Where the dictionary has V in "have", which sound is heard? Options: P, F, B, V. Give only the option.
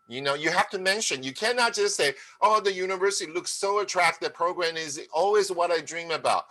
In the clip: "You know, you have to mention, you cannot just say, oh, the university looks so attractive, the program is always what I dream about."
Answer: F